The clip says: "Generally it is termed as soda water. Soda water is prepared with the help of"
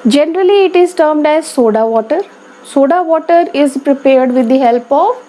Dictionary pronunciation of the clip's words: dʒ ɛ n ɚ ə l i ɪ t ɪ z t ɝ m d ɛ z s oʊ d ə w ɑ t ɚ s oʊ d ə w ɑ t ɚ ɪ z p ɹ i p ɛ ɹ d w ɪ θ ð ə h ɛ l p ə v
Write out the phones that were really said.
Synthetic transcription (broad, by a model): dʒ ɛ n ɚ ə l i ɪ t ɪ z t ɝ m d ɛ z s oʊ d ə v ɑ t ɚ s oʊ d ə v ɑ t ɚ ɪ z p ɹ i p ɛ ɹ d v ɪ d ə h ɛ l p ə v